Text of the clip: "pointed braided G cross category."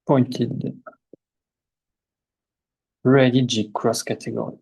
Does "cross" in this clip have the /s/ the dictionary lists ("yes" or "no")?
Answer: yes